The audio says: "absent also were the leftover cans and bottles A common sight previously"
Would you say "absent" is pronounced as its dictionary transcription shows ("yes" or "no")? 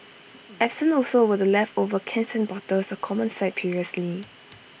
no